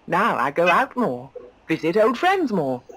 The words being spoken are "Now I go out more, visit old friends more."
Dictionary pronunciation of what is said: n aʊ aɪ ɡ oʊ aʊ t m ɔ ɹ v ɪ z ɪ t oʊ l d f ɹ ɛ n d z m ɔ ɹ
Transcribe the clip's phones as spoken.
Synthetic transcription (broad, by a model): n aʊ aɪ ɡ oʊ aʊ t m ɔ v ɪ z ɪ t oʊ l d f ɹ ɛ n d z m ɔ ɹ